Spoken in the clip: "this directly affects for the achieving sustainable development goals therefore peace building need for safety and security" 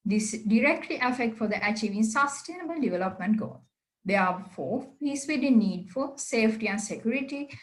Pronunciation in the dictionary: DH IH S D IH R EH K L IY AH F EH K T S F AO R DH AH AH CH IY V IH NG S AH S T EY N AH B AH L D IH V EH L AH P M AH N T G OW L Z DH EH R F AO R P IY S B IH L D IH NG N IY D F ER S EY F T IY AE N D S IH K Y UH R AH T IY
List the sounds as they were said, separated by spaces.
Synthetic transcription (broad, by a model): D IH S D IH R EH K L IY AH F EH K T F AO R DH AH AH CH IY V IH NG S AH S T EY N AH B AH L D IH V EH L AH P M AH N T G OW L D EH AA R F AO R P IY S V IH D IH N IY D F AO S EY F T IY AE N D S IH K Y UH R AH T IY